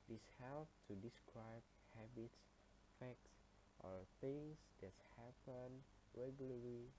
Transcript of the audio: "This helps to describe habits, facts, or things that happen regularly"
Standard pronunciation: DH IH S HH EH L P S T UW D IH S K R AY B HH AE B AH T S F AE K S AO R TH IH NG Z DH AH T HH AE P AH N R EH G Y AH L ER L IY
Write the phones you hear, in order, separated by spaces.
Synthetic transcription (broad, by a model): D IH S HH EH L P T UW D IH S K R AY B HH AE B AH T S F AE K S AO R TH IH NG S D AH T HH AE P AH N R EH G Y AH L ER L IY